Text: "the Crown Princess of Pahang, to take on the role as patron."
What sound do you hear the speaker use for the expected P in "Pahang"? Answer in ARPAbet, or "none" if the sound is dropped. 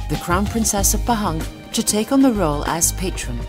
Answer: B